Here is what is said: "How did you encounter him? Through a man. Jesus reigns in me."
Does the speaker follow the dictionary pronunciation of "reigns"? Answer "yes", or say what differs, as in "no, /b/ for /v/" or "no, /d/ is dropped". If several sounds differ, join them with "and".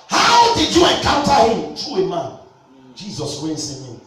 no, /w/ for /ɹ/ and /s/ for /z/